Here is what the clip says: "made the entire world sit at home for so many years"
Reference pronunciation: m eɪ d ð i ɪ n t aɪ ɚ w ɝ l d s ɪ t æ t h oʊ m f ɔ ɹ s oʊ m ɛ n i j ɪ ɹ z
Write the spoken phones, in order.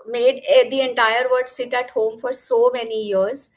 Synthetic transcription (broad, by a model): m eɪ d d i ɪ n t aɪ ɚ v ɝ d s ɪ t æ t h oʊ m f ɔ ɹ s oʊ m ɛ n i j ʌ ɹ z